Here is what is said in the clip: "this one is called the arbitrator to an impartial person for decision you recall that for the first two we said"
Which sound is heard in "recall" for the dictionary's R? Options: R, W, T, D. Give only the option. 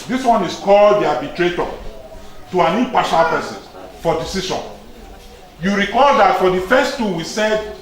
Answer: R